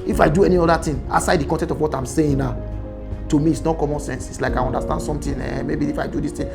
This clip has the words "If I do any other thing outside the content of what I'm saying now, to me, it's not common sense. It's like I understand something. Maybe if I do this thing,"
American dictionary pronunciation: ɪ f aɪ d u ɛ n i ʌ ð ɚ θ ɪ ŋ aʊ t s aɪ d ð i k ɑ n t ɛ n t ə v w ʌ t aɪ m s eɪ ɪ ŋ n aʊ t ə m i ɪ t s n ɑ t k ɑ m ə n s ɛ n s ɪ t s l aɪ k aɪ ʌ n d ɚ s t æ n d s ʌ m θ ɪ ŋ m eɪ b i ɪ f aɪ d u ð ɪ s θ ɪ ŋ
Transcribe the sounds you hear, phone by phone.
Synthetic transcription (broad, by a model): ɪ f aɪ d u ɛ n i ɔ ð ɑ t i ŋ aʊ s aɪ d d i k ɑ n t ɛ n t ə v w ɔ t aɪ m s eɪ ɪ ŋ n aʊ t ə m i ɪ t s n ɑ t k ɑ m ə n s ɛ n s ɪ t s l aɪ k aɪ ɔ n d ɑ s t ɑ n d s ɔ m t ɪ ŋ m eɪ b i ɪ f aɪ d u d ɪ s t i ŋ